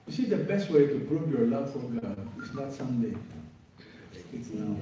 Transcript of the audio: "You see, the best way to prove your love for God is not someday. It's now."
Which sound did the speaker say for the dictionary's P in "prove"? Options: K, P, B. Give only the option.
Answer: B